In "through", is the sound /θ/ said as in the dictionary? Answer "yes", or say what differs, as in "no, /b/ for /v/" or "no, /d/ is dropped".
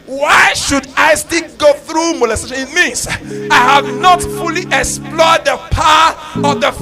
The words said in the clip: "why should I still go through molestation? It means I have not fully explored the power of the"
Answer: yes